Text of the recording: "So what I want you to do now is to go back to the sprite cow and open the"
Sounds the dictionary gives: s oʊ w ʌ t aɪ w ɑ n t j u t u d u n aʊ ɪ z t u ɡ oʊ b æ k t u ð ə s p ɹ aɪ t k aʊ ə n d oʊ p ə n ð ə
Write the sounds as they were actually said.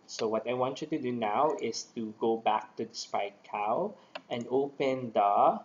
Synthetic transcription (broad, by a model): s oʊ w ʌ t aɪ w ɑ n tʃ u t u d u n aʊ ɪ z t u ɡ oʊ b æ k t u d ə s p aɪ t k aʊ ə n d oʊ p ə n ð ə